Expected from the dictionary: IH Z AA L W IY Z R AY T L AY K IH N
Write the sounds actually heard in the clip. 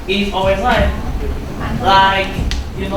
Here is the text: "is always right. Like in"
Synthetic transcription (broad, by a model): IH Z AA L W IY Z L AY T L AY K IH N